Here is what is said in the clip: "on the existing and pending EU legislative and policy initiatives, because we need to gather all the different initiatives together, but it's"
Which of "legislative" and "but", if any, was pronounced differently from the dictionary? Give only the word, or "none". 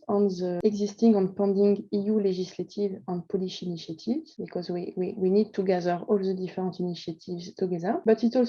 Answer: legislative